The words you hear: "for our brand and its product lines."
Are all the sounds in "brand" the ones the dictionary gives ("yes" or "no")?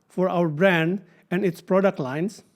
yes